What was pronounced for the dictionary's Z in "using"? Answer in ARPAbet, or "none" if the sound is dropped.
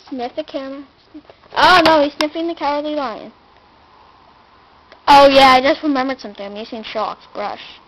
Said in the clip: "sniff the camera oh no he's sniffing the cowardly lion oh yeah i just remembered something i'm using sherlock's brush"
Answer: S